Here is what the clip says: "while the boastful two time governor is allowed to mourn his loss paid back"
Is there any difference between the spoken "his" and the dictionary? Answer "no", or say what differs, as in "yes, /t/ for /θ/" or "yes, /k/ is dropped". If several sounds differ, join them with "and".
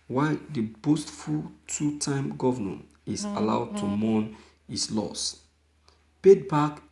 yes, /s/ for /z/